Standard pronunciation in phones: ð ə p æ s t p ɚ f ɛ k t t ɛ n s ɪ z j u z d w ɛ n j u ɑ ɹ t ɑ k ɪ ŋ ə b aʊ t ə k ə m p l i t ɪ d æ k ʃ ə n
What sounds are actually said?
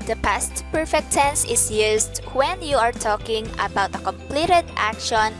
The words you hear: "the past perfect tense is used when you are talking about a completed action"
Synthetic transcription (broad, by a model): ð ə p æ s t p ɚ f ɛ k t t ɛ n s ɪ s j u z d w ɛ n j u ɑ ɹ t ɑ k ɪ ŋ ə b aʊ t ə k ə m p l i t ɪ d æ k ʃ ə n